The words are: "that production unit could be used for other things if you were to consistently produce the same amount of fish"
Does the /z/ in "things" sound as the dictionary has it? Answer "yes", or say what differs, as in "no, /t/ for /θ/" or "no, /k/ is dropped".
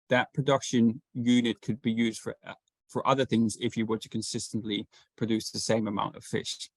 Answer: yes